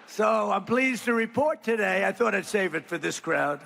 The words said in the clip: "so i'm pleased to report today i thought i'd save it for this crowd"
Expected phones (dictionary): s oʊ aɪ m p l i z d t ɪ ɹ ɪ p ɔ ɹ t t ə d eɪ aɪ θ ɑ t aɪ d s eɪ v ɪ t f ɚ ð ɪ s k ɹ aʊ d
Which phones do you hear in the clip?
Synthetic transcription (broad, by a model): s oʊ aɪ m p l i z t ɪ ɹ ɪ p ɔ ɹ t t ə d eɪ aɪ θ ɑ t aɪ d s eɪ v ɪ t f ɚ ð ɪ s k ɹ aʊ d